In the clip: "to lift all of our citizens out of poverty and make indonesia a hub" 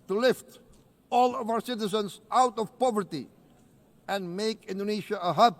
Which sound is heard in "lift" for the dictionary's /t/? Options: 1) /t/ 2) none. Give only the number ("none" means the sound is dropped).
1